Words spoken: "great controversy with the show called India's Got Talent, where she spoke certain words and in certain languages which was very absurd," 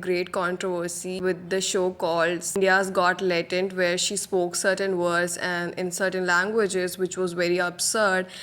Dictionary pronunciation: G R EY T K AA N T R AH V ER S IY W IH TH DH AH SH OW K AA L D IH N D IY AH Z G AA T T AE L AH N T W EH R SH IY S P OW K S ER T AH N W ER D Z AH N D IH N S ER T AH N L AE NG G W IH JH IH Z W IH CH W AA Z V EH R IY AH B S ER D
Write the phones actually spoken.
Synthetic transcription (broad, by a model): G R EY T K AA N T R AH V ER S IY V IH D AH SH OW K AA L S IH N D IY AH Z G AA T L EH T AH N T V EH R SH IY S P OW K S ER T AH N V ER D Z AH N D IH N S ER T AH N L AE NG G W IH JH IH Z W IH CH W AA Z V EH R IY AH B S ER D